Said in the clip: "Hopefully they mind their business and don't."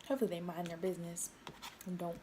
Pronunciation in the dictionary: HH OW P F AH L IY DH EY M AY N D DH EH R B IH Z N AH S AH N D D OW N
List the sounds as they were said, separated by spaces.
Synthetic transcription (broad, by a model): HH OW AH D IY DH EY M AY N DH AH R B IH Z N AH S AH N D D OW N